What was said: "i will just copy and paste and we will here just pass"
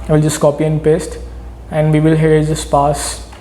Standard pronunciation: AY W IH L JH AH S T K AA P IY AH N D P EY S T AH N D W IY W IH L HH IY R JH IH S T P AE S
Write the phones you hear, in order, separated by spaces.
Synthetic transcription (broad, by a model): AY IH L JH AH S T K AA P IY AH N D P EY S T AH N D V IY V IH L HH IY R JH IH S P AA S